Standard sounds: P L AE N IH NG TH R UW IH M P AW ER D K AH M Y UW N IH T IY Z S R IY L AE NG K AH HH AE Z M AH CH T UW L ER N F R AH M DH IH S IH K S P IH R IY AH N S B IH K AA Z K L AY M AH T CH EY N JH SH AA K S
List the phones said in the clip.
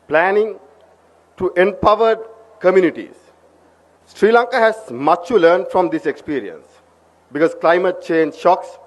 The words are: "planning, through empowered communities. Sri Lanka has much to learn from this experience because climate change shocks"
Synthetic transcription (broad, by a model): P L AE N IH NG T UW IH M P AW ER D K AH M Y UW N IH T IY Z S R IY L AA NG K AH HH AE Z M AH CH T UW L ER N F R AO M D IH S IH K S P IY R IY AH N S B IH K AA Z K L AY M AH T CH EY N JH SH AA K S